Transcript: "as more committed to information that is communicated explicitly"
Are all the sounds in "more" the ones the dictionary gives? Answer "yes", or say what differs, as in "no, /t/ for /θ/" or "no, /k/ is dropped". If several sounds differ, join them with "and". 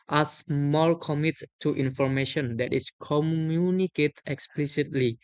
no, /l/ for /ɹ/